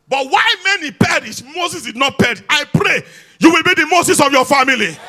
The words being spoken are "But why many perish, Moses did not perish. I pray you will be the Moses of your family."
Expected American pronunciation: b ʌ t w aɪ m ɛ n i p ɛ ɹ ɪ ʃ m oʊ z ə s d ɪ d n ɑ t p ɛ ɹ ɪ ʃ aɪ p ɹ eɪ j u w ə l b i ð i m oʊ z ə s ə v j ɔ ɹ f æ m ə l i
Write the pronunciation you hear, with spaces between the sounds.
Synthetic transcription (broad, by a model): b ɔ t w aɪ m ɛ n i p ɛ ɹ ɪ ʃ m oʊ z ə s d ɪ d n ɑ t p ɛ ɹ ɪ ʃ aɪ p ɹ eɪ j u w ə l b i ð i m oʊ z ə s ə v j ɔ f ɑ m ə l i